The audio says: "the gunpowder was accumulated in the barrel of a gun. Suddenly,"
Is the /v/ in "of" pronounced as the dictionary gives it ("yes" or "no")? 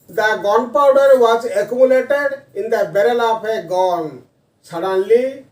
no